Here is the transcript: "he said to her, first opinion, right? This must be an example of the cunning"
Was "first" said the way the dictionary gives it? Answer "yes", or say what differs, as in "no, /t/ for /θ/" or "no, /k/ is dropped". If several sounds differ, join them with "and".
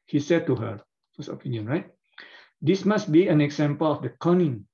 no, /t/ is dropped